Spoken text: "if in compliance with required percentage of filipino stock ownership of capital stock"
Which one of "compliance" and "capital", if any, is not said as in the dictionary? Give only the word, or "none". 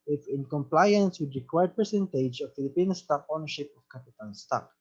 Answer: capital